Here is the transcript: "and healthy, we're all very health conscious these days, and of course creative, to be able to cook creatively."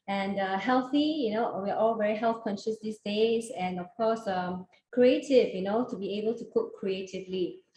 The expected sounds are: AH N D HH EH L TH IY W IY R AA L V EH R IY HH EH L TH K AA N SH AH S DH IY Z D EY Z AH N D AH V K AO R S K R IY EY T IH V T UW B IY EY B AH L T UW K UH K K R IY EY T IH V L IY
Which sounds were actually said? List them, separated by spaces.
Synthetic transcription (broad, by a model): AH N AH HH EH L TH IY W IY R AA L V EH R IY HH EH L TH K AA N SH AH S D IY S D EY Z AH N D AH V K AO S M K R IY EY T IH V T UW B IY EY B AH L T UW K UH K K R IY EY T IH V L IY